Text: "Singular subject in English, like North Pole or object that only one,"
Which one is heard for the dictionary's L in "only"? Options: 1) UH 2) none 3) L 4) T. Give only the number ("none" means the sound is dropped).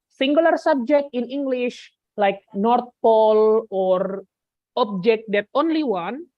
3